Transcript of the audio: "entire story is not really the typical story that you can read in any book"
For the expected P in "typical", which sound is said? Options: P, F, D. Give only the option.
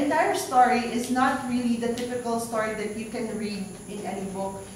F